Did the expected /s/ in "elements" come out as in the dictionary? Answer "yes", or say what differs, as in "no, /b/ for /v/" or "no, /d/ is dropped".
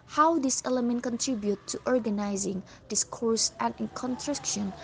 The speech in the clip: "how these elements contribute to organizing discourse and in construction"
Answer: no, /s/ is dropped